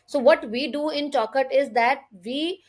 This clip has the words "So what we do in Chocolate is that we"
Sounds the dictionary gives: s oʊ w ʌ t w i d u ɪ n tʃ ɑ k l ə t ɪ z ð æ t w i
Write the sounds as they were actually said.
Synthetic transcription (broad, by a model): s oʊ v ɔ t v i d u ɪ n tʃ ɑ k ə t ɪ z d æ t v i